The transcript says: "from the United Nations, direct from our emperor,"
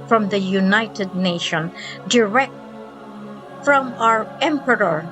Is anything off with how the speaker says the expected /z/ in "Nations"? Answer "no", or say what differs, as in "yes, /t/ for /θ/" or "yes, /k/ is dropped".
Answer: yes, /z/ is dropped